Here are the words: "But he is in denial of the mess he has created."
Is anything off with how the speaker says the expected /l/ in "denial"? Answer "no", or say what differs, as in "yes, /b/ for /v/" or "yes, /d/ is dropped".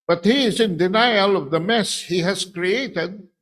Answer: no